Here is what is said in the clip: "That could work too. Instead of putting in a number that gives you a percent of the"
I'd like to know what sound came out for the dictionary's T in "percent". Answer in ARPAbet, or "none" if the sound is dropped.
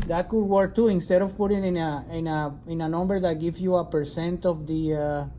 T